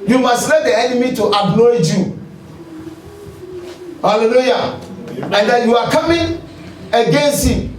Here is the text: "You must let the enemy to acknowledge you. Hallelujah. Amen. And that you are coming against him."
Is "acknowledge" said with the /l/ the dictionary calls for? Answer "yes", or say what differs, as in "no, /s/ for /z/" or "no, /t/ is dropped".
no, /l/ is dropped